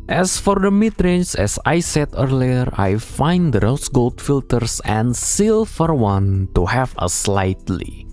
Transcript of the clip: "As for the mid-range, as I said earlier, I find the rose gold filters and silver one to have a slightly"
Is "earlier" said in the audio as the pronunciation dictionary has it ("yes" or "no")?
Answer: yes